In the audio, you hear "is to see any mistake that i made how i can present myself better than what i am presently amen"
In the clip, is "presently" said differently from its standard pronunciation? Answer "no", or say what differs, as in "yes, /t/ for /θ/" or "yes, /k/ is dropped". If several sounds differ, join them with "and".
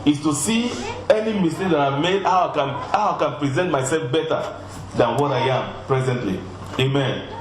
no